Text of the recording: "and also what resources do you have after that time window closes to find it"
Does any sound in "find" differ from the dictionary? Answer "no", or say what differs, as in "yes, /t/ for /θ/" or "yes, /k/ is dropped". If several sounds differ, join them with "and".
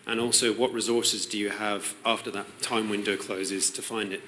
no